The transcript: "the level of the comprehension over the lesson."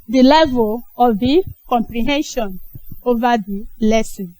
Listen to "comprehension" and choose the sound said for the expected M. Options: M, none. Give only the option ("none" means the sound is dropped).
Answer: M